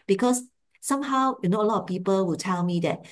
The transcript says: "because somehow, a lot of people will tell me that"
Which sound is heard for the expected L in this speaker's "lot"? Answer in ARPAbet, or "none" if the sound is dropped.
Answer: N